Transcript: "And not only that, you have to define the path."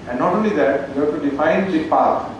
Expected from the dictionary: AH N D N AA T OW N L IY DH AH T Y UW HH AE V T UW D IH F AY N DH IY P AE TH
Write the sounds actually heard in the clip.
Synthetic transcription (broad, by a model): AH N N AA T OW N L IY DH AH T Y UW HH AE T UW D IH F AY N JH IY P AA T